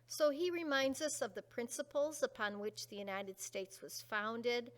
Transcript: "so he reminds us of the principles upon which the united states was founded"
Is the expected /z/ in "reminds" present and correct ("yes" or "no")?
yes